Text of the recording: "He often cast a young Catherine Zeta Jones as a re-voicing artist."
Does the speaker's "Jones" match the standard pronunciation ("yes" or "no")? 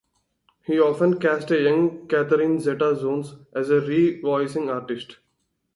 no